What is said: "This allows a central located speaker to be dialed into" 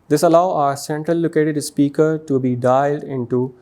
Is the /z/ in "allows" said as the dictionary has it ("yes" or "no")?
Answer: no